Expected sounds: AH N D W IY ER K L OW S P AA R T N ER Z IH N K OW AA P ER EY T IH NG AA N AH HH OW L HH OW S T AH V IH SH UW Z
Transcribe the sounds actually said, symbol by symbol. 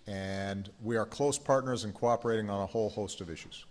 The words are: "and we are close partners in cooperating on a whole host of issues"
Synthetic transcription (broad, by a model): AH N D W IY ER K L OW S P AA R T N ER Z IH N K OW AA P ER EY T IH NG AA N AH HH OW L HH OW S T AH V IH SH UW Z